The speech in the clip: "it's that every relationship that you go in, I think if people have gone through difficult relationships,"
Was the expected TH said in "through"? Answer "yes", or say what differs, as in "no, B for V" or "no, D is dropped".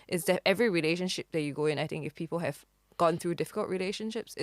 yes